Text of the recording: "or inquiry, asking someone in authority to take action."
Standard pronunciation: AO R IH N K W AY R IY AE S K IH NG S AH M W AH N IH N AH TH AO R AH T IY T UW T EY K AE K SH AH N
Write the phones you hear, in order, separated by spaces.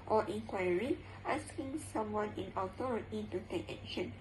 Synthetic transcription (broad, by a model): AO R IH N K W AY R IY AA S K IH NG S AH M W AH N IH N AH T AO R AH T IY T UW T EY K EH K SH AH N